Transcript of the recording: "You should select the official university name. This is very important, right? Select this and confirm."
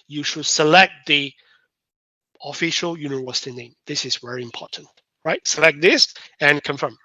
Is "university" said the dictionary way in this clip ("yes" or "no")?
no